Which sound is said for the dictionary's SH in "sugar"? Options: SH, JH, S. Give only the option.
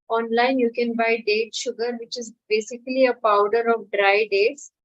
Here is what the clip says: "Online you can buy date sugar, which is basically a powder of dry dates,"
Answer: SH